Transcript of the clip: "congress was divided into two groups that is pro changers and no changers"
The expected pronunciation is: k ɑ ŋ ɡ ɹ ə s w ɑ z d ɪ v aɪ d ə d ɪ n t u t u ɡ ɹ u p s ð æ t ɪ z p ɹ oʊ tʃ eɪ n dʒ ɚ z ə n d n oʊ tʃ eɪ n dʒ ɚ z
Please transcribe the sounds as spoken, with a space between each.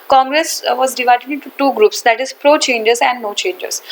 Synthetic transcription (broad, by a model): k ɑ ŋ ɡ ɹ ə s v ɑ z d ɪ v aɪ d ə d ɪ n t u t u ɡ ɹ u p s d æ t ɪ z p ɹ oʊ tʃ eɪ n dʒ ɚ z ə n d n oʊ tʃ eɪ n dʒ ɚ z